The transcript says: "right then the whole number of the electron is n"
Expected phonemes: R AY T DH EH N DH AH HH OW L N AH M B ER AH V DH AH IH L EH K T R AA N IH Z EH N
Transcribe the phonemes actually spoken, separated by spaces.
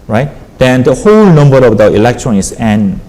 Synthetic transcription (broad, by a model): R AY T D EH N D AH HH OW L N AH M B ER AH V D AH IH L EH K T R AA N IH S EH N